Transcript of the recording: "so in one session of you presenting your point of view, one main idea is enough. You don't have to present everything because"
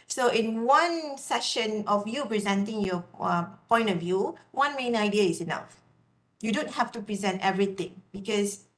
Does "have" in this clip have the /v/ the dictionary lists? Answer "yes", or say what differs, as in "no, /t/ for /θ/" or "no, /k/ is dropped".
no, /f/ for /v/